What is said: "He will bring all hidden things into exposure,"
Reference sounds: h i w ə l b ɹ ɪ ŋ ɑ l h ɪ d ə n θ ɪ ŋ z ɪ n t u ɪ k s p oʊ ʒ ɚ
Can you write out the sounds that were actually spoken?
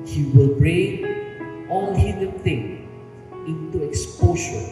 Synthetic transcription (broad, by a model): h i w ə l b ɹ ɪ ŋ ɑ l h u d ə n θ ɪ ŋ ɪ n t u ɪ k s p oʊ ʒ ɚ